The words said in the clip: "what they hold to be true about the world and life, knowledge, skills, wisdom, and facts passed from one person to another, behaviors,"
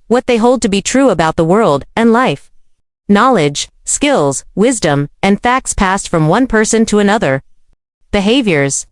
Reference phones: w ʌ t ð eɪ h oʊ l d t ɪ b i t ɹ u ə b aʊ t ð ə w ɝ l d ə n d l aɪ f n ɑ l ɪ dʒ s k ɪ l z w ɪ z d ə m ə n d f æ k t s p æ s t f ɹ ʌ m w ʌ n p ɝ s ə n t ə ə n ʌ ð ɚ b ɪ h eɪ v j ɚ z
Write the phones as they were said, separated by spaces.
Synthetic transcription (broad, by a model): w ʌ t ð eɪ h oʊ l d t ɪ b i t ɹ u ə b aʊ t ð ə w ɝ l d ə n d l aɪ f n ɑ l ɪ dʒ s k ɪ l z w ɪ z d ə m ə n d f æ k t s p æ s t f ɹ ʌ m w ʌ n p ɝ s ə n t ə ə n ʌ ð ɚ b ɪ h eɪ v j ɚ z